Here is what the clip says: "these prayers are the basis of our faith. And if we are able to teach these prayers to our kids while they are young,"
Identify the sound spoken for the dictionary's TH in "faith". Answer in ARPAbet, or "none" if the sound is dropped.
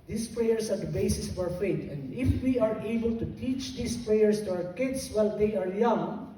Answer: T